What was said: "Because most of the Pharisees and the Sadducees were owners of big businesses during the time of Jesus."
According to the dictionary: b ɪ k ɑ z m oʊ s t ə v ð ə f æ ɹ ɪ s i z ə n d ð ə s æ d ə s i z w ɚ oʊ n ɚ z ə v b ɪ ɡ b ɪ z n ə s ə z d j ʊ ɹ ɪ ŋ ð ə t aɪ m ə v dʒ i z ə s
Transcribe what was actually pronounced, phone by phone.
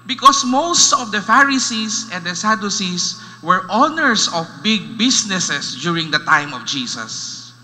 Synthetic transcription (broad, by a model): b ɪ k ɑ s m oʊ s t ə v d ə f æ ɹ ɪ s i s ə n d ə s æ d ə s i s w ɚ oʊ n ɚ s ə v b ɪ ɡ b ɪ s n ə s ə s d j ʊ ɹ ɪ ŋ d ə t aɪ m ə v dʒ i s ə s